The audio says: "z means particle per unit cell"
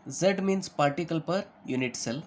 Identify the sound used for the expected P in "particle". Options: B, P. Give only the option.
P